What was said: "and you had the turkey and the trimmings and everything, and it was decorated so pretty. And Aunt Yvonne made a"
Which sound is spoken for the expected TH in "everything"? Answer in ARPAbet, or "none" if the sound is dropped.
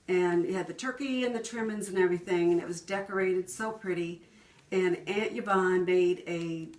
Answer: TH